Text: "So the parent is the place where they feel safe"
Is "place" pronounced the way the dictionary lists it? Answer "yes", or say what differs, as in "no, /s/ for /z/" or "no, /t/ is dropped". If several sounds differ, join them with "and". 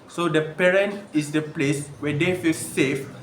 yes